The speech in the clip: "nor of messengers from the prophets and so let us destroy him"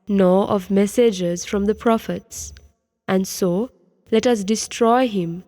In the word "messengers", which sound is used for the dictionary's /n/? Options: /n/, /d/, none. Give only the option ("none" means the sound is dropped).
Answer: none